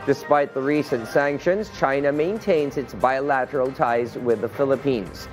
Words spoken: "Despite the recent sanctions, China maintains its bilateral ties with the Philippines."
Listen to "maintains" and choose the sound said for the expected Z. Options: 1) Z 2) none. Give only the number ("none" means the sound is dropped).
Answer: 1